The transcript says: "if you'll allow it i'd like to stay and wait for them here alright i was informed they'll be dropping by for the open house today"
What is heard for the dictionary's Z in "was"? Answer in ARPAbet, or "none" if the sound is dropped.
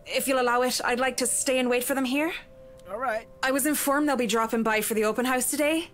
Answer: Z